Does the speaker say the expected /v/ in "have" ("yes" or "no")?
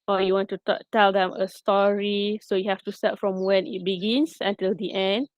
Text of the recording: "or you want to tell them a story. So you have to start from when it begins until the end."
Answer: no